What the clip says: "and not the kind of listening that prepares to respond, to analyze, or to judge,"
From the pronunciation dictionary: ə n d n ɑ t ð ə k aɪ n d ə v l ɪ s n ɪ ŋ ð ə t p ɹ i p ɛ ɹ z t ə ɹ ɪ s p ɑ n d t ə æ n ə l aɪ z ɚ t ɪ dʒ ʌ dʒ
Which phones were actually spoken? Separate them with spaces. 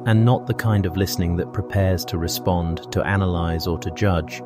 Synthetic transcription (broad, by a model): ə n n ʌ t ð ə k aɪ n d ə v l ɪ s n ɪ ŋ ð ə t p ɹ i p ɛ ɹ z t ə ɹ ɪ s p ɑ n t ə æ n ə l aɪ z ɚ t ɪ dʒ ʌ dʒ